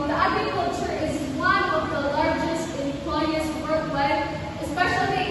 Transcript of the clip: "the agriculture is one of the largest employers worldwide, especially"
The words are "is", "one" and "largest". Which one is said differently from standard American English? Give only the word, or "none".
none